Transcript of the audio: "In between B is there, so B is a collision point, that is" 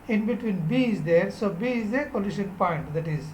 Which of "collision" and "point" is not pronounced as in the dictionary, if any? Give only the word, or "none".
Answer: collision